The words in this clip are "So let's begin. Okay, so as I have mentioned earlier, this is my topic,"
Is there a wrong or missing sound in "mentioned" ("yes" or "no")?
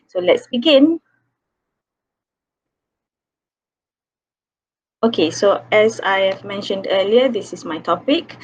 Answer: no